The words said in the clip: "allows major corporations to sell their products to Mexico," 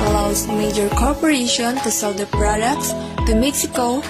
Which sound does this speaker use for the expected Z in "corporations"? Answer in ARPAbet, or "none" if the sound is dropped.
none